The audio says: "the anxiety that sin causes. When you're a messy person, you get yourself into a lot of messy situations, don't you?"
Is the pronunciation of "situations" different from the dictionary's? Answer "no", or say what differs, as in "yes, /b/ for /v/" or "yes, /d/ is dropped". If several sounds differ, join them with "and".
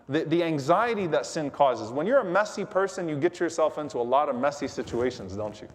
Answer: no